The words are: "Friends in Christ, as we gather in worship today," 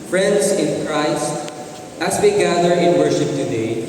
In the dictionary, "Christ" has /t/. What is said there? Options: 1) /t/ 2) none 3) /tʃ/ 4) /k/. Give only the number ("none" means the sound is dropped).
1